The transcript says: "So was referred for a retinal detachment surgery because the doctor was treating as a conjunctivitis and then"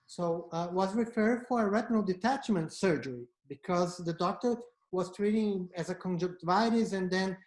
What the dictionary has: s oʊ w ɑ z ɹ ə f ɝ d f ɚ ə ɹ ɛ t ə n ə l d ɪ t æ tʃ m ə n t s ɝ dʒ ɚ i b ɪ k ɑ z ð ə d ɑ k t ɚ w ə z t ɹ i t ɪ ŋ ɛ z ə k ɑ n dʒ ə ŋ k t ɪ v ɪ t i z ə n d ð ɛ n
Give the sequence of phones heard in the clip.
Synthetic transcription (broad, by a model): s oʊ w ɑ z ɹ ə f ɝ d f ɚ ə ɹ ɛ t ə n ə l d ɪ t æ tʃ m ə n t s ɝ dʒ ɚ i b ɪ k ɑ z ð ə d ɑ k t ɚ w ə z t ɹ i t ɪ ŋ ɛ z ə k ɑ n dʒ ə k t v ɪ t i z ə n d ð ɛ n